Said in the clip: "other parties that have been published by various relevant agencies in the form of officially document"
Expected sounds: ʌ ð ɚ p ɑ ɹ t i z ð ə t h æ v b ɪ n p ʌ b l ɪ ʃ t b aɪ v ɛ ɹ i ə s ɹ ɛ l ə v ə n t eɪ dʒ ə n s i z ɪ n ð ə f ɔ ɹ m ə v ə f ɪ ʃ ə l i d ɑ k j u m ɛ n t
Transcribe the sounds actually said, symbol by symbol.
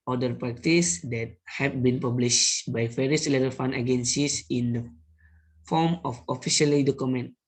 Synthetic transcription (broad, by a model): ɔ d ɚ p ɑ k t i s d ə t h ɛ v b ɪ n p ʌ b l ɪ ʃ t b aɪ v ɛ ɹ i ə s l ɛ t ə f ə n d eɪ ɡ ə n s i s ɪ n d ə f ɔ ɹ m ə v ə f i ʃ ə l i d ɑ k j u m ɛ n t